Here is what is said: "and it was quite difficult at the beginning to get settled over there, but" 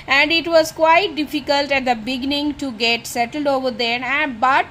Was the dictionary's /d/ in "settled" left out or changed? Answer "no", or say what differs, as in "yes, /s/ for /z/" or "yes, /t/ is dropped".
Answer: no